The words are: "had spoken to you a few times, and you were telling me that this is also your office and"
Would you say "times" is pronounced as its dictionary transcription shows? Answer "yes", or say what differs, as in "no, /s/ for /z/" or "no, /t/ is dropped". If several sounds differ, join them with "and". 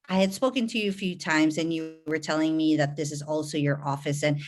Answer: yes